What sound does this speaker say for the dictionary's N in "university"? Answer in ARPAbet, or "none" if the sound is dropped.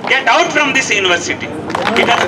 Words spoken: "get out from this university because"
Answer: N